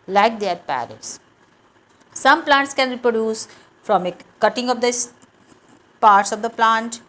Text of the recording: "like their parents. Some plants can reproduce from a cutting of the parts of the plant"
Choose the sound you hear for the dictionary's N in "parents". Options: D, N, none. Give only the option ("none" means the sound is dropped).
none